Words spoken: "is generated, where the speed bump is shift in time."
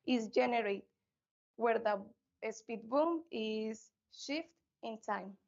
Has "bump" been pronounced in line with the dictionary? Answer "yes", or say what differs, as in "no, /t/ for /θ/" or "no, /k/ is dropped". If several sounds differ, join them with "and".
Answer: no, /p/ is dropped